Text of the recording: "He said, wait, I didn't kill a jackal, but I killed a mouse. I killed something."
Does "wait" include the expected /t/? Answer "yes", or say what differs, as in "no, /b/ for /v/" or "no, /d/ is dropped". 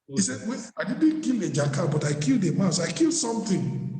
no, /t/ is dropped